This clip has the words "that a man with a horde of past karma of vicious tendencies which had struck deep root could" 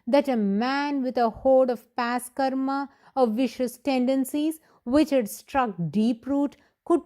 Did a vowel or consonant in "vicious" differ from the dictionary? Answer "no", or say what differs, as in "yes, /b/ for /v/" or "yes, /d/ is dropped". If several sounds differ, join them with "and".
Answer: no